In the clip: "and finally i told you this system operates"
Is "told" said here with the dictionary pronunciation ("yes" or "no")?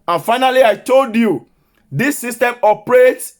yes